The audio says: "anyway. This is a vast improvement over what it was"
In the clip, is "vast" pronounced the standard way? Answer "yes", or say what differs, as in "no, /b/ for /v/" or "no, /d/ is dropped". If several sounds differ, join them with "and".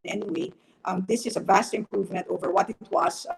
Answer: yes